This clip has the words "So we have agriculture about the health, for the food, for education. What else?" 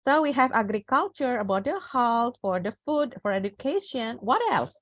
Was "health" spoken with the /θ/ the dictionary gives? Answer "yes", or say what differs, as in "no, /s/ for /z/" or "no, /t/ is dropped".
no, /t/ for /θ/